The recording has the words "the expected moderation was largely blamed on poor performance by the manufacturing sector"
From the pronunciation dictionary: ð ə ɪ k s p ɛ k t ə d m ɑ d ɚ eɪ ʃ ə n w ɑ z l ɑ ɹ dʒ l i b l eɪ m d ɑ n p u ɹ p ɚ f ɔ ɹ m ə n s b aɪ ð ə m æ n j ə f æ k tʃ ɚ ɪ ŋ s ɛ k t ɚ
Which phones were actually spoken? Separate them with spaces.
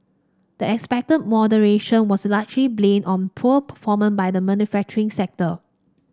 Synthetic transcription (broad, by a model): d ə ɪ k s p ɛ k t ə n m ɑ d ɚ eɪ ʃ ə n w ɑ s l ɑ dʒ l i b l eɪ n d ɑ n p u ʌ p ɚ f ɔ m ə n b aɪ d ə m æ n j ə f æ k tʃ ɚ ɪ ŋ s ɛ k t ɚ